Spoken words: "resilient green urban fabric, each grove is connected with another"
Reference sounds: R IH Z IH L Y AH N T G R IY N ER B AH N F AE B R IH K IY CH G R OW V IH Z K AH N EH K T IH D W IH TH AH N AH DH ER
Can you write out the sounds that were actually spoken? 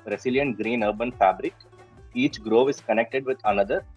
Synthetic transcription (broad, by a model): R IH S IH L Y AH N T G R IY N ER B AH N F AE B R IH K IY CH G R OW V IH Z K AH N EH K T IH D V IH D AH N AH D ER